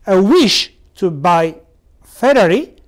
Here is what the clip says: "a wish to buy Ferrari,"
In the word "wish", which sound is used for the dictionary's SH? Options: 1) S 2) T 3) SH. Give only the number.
3